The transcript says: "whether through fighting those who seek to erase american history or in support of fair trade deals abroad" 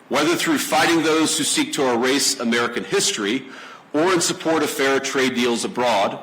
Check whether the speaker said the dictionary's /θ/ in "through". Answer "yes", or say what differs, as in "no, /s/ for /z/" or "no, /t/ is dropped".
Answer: yes